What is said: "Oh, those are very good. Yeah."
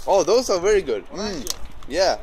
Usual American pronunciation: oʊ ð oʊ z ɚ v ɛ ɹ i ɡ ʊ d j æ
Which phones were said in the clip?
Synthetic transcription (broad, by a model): oʊ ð oʊ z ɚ v ɛ ɹ i ɡ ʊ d j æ